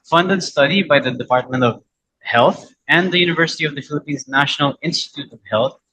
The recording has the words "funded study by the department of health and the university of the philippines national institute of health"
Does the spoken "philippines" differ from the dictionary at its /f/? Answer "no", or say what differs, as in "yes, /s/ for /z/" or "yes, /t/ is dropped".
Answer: no